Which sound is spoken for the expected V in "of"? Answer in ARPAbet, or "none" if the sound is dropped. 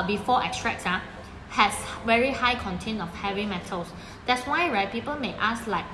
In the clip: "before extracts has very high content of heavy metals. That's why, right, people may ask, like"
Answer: F